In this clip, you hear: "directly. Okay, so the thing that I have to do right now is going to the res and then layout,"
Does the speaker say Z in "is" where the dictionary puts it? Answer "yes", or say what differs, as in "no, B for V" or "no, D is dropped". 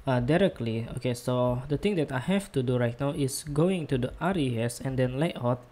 no, S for Z